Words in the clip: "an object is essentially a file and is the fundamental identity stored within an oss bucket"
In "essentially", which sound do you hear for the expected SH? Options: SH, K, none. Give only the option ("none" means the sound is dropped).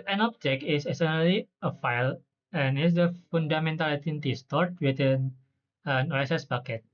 none